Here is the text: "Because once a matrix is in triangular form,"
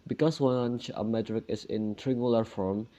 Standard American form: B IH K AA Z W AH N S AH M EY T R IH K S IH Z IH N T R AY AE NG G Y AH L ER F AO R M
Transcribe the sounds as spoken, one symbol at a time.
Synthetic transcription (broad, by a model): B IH K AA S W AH N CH AH M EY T R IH K IH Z IH N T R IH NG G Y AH L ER F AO R M